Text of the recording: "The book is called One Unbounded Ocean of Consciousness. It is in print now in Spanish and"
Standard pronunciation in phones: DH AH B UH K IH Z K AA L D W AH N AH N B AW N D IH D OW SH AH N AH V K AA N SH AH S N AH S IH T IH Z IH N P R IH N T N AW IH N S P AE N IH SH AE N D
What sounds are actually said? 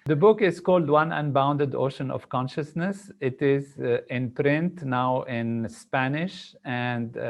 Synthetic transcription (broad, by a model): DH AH B UH K IH Z K AA L D W AH N AH N B AW N D IH D OW SH AH N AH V K AA N SH AH S N AH S IH T IH Z IH N P R IH N T N AW IH N S P AE N IH SH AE N D